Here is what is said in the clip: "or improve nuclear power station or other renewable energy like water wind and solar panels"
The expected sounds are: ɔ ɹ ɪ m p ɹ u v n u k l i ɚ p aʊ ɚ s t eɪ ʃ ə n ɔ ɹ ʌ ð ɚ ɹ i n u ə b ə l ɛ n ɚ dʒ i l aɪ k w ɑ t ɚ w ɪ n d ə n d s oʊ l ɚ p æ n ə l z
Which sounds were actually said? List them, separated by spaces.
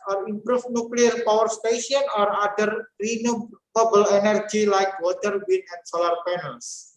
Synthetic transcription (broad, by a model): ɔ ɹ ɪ m p ɹ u f n u k l i ɚ p aʊ ɚ s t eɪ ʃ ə n ɔ ɹ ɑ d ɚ ɹ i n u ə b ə l ɛ n ɚ dʒ i l aɪ k w ɑ t ɚ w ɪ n ə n s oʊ l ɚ p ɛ n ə l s